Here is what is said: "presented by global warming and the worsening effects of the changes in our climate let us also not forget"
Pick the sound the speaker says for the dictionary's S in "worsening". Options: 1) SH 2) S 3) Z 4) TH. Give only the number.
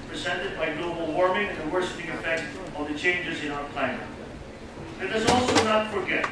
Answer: 1